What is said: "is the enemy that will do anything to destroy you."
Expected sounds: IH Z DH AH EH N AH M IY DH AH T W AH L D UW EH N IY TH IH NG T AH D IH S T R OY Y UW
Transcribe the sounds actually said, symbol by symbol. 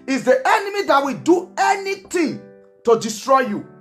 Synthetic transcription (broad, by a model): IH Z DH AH EH N AH M IY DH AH T W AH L D UW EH N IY T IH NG T AH D IH S T R OY Y UW